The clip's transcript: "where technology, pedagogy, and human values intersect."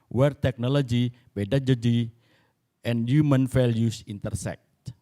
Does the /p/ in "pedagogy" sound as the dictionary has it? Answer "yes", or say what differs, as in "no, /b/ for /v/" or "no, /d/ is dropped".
no, /b/ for /p/